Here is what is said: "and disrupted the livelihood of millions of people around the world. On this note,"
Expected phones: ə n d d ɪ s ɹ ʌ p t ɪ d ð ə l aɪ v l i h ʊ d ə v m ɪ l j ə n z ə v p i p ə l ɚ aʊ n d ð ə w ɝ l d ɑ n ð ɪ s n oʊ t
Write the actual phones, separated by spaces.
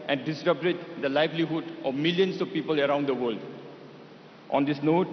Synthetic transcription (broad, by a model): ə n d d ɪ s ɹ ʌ b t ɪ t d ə l aɪ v l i h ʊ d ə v m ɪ l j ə n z ə v p i p ə l ɚ aʊ n d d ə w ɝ l d ɑ n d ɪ s n oʊ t